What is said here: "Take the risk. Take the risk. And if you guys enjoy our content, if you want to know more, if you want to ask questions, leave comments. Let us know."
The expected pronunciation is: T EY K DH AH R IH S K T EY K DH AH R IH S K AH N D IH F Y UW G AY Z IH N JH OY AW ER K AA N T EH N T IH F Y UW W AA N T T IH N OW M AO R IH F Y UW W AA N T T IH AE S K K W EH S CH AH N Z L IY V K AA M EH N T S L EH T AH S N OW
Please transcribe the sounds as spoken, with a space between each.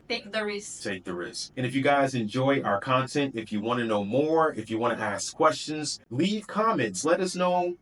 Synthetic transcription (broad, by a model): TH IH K DH AH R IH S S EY DH AH R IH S AH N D IH F Y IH G AY Z IH N JH OY AW ER K AA N T EH N T IH F Y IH W AA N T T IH N OW M AO R IH F Y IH W AA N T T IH AE S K K W EH S CH AH N Z L IY V K AA M EH N T S L EH T AH S N OW